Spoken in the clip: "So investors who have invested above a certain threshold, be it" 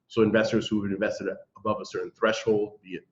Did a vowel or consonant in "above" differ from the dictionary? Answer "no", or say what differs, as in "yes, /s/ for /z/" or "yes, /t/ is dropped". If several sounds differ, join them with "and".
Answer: no